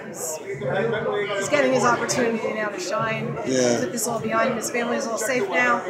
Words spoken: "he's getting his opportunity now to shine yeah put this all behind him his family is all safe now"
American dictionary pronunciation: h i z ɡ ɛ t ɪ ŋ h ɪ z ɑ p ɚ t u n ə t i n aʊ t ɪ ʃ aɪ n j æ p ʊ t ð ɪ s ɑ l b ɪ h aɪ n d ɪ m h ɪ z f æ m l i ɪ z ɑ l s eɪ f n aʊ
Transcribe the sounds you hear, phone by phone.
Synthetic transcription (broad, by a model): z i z ɡ ɛ t ɪ ŋ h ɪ z ɑ p ɚ t u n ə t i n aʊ t ɪ ʃ aɪ n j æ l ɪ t ð ɪ s ɑ l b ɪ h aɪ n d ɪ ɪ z f æ m l i ɪ z ɑ l s eɪ f n aʊ